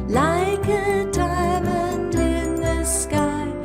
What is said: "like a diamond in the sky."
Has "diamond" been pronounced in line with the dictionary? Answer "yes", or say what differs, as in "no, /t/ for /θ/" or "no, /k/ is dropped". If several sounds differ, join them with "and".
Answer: no, /n/ is dropped